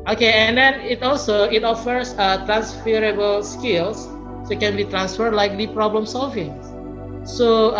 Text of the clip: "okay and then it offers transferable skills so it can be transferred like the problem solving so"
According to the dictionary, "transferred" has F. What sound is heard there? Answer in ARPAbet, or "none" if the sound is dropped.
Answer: F